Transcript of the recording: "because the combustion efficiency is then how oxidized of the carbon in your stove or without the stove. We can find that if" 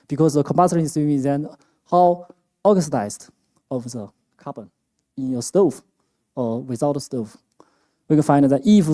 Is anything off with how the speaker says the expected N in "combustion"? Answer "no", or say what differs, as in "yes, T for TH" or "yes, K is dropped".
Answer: yes, N is dropped